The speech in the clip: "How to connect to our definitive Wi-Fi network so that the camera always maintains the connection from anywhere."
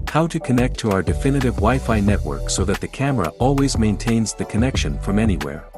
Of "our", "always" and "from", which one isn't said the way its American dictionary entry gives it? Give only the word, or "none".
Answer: none